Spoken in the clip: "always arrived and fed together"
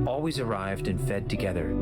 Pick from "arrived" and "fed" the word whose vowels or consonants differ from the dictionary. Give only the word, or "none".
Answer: none